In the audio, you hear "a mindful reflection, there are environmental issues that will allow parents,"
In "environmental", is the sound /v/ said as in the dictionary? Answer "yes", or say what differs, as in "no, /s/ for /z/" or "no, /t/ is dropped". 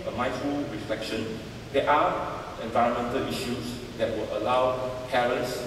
yes